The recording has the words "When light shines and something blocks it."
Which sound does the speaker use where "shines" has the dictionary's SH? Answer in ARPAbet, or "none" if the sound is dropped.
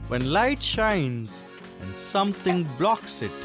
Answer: SH